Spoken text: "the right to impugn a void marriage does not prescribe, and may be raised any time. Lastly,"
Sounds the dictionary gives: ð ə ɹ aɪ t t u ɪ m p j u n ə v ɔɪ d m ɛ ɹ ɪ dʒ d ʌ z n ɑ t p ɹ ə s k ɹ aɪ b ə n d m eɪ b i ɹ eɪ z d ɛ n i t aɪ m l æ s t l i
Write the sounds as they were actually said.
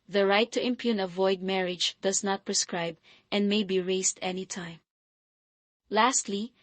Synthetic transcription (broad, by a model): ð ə ɹ aɪ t t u ɪ m p j u n ə v ɔɪ d m ɛ ɹ ɪ dʒ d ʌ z n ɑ t p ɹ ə s k ɹ aɪ b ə n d m eɪ b i ɹ eɪ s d ɛ n i t aɪ m l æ s t l i